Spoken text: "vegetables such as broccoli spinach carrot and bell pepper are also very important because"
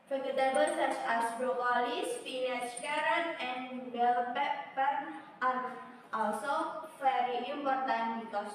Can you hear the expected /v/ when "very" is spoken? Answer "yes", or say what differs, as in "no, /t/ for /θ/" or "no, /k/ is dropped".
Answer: no, /f/ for /v/